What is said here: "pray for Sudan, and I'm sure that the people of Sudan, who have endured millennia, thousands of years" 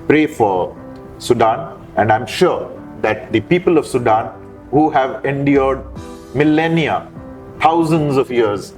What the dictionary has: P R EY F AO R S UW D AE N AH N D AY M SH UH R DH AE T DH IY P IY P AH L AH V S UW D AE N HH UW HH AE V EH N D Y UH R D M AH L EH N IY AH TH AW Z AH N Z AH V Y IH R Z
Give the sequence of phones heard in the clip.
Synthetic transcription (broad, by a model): P R EY F AO R S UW D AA N AH N D AY M SH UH R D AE T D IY P IY P AH L AH V S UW D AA N HH UW HH AE V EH N D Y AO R D M AH L EH N IY AH T AW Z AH N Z AH V Y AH R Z